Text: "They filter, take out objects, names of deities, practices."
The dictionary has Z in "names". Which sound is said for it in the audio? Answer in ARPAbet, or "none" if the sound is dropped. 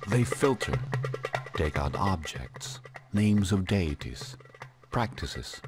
Z